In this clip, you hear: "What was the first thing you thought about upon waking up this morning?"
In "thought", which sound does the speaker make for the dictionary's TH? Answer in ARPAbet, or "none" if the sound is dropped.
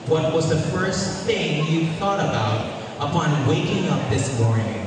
TH